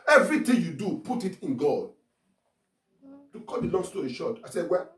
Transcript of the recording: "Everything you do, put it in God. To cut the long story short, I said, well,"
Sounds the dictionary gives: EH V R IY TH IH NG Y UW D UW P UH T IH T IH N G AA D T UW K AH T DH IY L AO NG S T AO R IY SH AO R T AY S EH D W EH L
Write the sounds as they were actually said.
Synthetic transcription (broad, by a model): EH V R IY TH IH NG Y UW D UW P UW T IH T IH N G AA D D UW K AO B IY L AO NG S T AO IY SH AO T AY S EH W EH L